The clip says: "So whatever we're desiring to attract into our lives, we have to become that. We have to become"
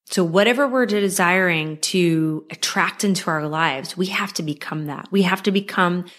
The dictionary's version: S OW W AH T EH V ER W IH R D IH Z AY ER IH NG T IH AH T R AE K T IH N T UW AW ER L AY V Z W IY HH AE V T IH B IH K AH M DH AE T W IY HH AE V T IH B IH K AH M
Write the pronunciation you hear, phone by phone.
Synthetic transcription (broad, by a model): S OW W AH T EH V ER W IH R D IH Z AY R IH NG T IH AH T R AE K T IH N T UW AW ER L AY V Z W IY HH AE F T IH B IH K AH M DH AE T W IY HH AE F T IH B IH K AH M